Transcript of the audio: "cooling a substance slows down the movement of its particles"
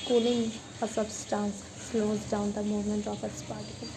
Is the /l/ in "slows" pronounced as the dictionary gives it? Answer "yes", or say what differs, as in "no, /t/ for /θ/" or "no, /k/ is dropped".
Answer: yes